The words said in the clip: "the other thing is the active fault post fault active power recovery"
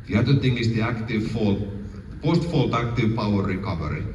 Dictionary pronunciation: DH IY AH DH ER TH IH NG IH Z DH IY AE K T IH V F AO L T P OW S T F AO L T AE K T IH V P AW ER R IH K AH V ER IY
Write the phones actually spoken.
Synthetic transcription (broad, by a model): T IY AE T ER T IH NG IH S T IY AE K T IH V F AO L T P OW S T F AO L T AE K T IH V P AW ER R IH K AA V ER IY